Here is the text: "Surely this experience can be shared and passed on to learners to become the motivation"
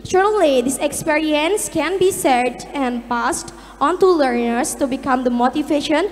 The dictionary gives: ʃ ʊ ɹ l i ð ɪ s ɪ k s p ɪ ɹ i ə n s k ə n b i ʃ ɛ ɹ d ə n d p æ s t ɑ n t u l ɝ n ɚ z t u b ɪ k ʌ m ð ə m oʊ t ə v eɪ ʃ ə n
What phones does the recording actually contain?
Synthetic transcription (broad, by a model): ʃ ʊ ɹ l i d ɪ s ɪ k s p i ɹ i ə n s k ə n b i s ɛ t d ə n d p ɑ s t ɑ n t u l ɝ n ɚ s t u b ɪ k ʌ m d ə m oʊ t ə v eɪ ʃ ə n